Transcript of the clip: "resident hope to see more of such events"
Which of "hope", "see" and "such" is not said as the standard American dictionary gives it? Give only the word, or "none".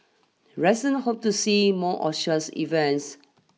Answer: such